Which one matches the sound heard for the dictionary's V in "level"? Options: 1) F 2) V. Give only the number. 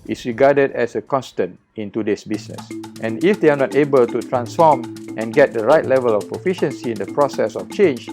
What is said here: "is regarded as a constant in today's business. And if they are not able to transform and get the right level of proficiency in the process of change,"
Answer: 2